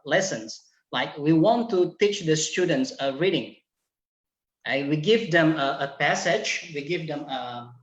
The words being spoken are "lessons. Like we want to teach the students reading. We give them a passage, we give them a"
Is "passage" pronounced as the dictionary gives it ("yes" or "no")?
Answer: yes